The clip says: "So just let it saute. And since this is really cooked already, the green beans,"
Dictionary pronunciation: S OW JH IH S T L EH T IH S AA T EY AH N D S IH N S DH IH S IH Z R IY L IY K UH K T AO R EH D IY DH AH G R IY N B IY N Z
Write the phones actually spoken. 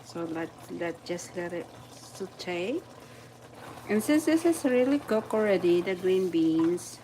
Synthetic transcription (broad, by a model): S OW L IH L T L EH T IH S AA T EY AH N S IH N S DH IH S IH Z R IY L IY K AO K AO R EH D IY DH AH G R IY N B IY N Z